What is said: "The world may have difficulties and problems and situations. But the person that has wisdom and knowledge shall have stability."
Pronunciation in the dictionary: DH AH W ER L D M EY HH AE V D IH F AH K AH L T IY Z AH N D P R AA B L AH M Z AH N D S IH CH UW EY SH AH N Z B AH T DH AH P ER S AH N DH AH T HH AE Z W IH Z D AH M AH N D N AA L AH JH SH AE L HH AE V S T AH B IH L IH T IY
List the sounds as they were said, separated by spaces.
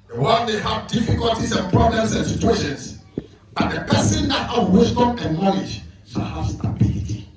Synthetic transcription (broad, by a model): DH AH W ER N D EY HH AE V D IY F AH K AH L T IY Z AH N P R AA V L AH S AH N S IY CH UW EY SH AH N S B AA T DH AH P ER S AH N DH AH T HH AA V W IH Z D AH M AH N N AA L AH JH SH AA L HH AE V S T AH B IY L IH T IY